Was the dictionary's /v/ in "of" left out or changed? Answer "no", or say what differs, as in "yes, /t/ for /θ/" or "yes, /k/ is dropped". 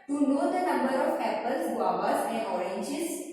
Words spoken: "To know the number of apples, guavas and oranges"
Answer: yes, /p/ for /v/